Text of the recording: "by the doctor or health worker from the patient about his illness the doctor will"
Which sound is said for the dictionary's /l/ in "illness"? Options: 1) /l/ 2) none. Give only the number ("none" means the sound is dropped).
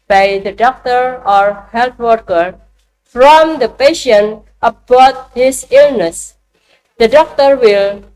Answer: 1